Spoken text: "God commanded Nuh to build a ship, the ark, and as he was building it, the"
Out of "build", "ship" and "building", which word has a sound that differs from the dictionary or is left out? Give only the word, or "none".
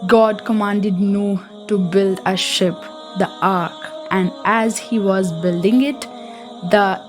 none